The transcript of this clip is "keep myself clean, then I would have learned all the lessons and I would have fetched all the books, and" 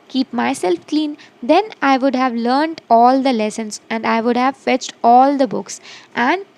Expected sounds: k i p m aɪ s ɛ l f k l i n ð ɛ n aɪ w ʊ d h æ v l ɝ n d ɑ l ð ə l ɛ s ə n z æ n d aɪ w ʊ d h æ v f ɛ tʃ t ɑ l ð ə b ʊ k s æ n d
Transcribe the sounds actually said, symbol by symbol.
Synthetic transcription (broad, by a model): k i p m aɪ s ɛ l f k l i n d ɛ n aɪ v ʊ d h æ v l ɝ n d ɑ l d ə l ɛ s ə n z æ n d aɪ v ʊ d h æ v f ɛ tʃ t ɑ l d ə b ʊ k s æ n d